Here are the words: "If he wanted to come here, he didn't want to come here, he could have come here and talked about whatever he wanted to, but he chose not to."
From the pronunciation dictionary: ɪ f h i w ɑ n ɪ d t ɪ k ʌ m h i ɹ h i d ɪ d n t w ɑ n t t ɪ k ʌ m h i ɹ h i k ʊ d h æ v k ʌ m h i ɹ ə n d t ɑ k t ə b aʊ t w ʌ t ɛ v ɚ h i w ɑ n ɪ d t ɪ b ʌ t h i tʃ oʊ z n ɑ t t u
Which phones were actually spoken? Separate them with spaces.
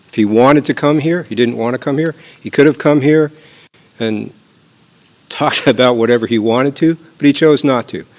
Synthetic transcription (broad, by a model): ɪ f h i w ɑ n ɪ d t ɪ k ʌ m h i ɹ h i d ɪ d n t w ɑ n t t ɪ k ʌ m h i ɹ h i k ʊ d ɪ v k ʌ m h i ɹ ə n t ɑ k t ə b aʊ t w ʌ t ɛ v ɚ i w ɑ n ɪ d t ɪ b ʌ t h i tʃ oʊ z n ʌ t t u